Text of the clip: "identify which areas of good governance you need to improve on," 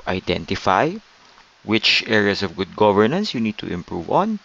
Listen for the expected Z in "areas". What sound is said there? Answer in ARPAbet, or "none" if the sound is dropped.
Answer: S